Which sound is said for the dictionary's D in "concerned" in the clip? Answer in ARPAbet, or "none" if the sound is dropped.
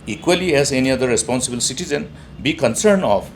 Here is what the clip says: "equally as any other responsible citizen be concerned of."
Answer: none